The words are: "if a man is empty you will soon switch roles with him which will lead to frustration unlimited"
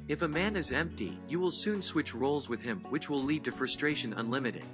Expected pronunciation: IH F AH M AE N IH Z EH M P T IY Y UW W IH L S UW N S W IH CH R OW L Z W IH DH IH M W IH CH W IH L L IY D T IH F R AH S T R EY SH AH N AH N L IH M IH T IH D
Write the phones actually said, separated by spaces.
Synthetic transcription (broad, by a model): IH F AH M AE N IH Z EH M P T IY Y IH W IH L S UW N S W IH CH R OW L Z W IH DH IH M W IH CH W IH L L IY D T IH F R AH S T R EY SH AH N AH N L IH M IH T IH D